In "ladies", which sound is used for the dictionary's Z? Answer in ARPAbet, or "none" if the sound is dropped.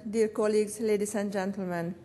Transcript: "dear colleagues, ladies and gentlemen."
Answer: S